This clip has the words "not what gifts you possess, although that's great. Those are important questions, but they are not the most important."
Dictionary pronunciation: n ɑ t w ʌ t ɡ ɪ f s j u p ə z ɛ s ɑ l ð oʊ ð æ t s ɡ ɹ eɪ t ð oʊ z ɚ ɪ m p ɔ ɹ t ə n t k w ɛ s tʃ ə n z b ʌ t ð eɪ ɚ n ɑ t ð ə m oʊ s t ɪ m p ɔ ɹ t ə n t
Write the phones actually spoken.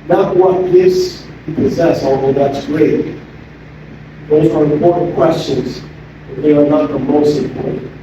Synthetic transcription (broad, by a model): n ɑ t w ʌ t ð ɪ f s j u p ə z ɛ s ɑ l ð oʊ ð æ t s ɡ ɹ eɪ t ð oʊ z ɚ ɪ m p ɔ ɹ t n k w ɛ s tʃ ə n z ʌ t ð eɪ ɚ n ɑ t ð ə m oʊ s t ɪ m p ɔ ɹ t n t